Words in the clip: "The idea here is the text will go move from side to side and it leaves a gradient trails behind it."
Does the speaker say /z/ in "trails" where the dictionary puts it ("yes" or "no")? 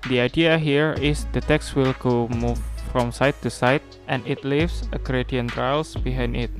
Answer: no